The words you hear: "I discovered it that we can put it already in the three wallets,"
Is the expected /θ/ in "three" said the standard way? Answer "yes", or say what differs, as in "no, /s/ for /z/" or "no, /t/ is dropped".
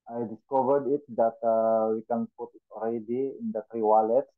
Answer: no, /t/ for /θ/